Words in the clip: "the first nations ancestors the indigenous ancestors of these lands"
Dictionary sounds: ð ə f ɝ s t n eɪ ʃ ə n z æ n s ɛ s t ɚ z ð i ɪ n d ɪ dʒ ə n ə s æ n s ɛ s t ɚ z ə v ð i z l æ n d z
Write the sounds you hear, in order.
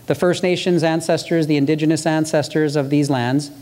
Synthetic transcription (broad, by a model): ð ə f ɝ s t n eɪ ʃ ə n z æ n s ɛ s t ɚ z ð i ɪ n d ɪ dʒ ə n ə s æ n s ɛ s t ɚ z ə v ð i z l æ n d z